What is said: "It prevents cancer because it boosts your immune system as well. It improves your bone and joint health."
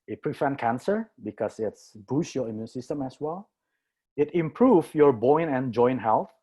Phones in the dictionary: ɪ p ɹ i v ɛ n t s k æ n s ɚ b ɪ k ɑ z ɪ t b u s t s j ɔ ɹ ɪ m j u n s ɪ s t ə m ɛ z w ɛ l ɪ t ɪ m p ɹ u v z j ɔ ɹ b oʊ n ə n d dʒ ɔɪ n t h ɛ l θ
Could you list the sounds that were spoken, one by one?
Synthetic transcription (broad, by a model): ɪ p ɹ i f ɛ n k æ n s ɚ b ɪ k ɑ s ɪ t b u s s j ɔ ɹ ɪ m j u n s ɪ s t ə m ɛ s w ɛ l ɪ t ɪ m p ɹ u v j ɔ ɹ b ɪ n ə n dʒ ɔɪ n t h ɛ l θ